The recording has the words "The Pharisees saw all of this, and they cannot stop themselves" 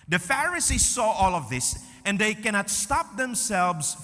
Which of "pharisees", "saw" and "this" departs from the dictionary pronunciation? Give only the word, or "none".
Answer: none